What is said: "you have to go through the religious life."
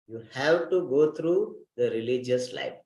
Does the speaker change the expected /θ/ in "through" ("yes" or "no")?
yes